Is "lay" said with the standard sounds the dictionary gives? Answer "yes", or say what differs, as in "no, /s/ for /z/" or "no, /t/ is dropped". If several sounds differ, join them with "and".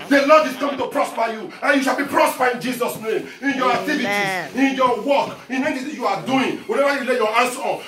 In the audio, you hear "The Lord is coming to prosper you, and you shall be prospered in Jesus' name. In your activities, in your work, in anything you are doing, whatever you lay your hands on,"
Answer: yes